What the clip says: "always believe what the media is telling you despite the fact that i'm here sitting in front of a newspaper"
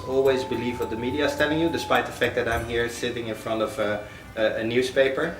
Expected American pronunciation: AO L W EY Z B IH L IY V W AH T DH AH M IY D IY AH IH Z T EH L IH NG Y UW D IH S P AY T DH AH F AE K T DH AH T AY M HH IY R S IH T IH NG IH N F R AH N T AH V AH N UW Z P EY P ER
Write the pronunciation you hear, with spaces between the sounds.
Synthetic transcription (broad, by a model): AO L W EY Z B IH L IY V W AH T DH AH M IY D IY AH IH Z T EH L IH NG Y UW D IH S P AY T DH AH F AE K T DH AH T AY M HH IY R S IH T IH NG IH N F R AH N T AH V AH N UW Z P EY P ER